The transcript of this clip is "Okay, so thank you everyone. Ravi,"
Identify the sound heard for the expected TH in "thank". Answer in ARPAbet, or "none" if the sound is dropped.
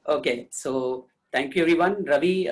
T